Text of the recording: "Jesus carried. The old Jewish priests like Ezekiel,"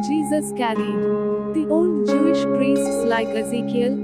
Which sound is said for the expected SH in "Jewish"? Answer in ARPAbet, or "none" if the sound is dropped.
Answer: SH